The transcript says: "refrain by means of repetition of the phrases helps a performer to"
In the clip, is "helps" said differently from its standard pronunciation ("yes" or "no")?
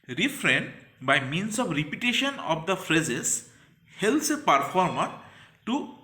yes